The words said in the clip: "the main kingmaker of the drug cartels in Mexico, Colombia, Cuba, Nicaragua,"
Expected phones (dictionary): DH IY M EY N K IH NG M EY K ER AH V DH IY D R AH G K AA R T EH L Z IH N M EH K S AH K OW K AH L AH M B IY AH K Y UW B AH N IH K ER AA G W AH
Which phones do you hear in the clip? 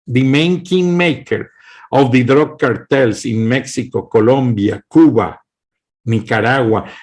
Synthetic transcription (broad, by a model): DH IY M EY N K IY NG M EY K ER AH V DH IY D R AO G K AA R T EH L S IH N M EH K S AH K OW K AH L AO M B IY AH K UW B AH N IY K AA AA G W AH